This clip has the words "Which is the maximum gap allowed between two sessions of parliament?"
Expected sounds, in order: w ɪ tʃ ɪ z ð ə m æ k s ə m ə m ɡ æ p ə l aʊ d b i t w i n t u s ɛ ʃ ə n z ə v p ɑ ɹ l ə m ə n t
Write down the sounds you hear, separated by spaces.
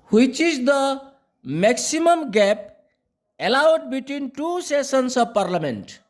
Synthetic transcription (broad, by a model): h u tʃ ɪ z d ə m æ k s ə m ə m ɡ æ p ə l aʊ d b i t w i n t u s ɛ s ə n s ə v p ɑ ɹ l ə m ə n t